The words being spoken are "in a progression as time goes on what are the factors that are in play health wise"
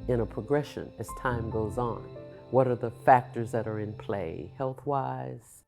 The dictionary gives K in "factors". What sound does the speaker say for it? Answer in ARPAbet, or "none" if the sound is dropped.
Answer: K